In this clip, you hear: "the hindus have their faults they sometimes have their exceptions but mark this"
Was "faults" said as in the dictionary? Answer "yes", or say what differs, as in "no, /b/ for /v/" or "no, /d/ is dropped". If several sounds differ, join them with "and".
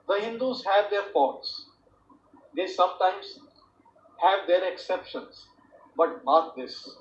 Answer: no, /l/ is dropped